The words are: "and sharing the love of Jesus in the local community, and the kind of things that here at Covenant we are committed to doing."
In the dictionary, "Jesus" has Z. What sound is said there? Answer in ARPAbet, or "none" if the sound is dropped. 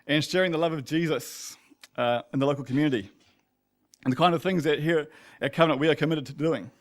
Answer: Z